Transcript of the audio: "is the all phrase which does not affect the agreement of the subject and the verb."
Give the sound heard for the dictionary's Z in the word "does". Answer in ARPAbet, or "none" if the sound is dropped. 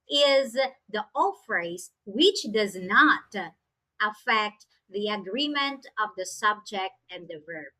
Z